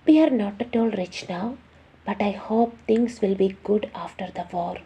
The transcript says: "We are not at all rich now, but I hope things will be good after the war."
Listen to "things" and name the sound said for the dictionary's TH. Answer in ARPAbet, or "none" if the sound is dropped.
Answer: T